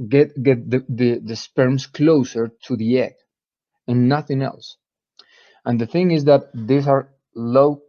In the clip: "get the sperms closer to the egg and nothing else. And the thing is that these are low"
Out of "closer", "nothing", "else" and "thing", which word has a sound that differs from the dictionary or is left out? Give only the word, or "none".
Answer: none